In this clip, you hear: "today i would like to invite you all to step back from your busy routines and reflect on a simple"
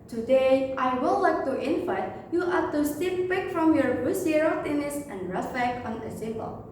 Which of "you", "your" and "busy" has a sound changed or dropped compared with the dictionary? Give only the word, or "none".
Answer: busy